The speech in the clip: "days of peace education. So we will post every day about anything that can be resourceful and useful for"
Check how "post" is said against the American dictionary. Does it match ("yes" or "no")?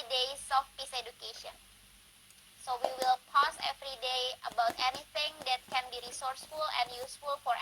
no